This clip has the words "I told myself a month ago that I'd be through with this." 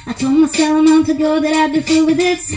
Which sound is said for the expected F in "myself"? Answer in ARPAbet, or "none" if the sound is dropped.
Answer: none